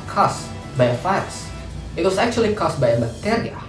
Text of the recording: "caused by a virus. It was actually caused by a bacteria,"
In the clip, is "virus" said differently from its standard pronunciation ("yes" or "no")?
yes